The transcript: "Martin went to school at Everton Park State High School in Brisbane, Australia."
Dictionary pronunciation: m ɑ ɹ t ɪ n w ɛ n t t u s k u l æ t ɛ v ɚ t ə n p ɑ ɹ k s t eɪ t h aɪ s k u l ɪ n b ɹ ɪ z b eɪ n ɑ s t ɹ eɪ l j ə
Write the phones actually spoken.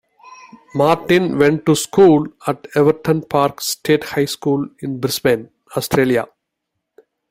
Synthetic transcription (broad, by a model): m ɑ ɹ t ɪ n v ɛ n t t u s k u l æ t ɛ v ɚ t ə n p ɑ ɹ k s t eɪ t h aɪ s k u l ɪ n b ɹ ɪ s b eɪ n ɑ s t ɹ eɪ l j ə